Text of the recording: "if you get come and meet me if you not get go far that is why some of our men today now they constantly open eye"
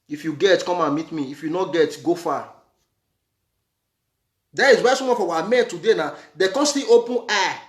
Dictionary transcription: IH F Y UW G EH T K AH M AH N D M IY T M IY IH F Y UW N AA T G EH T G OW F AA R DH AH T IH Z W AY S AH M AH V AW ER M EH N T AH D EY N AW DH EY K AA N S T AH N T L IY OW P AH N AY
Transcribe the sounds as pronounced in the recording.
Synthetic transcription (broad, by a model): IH F Y UW G EH T K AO M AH N M IY T M IY IH F Y UW N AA G EH T G OW F AA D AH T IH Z W AY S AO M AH F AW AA M EH N T AH D EY N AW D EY K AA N S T T IY OW P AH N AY